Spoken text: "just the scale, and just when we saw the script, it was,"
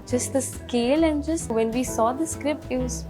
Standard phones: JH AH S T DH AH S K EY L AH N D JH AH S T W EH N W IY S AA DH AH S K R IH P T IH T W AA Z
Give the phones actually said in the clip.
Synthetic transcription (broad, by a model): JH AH S T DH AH S K EY L AH N D JH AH S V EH N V IY S AA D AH S K R IH P T IH T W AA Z